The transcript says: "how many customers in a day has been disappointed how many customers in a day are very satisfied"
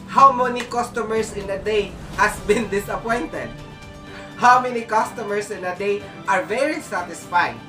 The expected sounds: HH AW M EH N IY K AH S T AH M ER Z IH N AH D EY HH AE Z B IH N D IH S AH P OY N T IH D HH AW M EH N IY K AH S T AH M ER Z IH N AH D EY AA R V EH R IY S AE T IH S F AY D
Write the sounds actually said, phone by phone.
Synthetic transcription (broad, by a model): HH AW M EH N IY K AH S T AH M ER S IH N AH D EY HH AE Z B IH N D IH S AH P OY N T IH D HH AW M EH N IY K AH S T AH M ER S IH N AH D EY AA R V EH R IY S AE T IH S F AY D